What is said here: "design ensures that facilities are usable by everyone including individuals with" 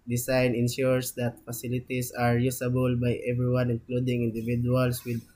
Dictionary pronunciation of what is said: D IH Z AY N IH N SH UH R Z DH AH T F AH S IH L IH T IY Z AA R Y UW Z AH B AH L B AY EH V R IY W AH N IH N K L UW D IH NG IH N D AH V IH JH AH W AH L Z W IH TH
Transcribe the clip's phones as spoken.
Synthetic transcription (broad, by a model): D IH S AY N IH N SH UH R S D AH T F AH S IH L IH T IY S AA R Y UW S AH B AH L B AY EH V R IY W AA N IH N K L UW D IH NG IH N D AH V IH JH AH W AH L S W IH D